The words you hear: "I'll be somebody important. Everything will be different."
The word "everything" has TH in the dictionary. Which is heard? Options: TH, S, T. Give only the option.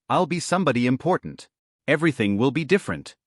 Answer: TH